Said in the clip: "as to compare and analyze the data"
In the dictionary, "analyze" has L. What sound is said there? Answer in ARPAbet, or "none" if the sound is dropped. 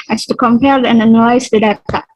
N